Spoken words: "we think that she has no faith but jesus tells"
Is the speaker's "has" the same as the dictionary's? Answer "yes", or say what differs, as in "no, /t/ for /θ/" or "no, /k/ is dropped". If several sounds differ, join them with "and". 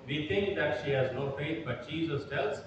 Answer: yes